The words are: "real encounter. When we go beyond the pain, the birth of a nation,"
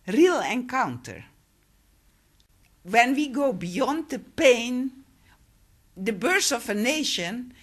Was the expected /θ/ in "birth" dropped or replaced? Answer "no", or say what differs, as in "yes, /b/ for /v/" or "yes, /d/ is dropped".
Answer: yes, /s/ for /θ/